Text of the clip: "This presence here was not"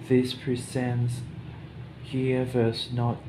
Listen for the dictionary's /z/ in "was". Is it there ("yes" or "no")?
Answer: no